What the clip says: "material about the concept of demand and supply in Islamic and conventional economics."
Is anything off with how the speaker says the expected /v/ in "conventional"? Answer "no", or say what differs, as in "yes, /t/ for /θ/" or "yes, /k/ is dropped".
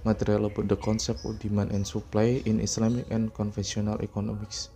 yes, /f/ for /v/